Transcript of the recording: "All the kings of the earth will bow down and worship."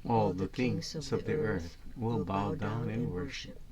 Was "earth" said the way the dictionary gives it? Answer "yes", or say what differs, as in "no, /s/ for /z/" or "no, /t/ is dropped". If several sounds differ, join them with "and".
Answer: yes